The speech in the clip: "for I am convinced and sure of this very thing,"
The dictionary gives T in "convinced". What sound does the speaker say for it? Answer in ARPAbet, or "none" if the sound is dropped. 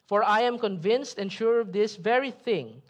T